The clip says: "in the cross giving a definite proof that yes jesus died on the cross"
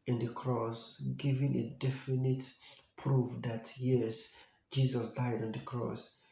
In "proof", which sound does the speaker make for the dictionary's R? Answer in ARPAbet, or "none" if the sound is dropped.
R